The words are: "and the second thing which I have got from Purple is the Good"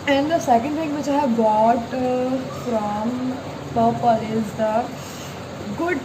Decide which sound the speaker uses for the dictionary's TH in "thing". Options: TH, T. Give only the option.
T